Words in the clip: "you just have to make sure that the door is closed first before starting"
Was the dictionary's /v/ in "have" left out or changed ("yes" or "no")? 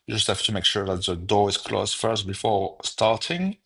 yes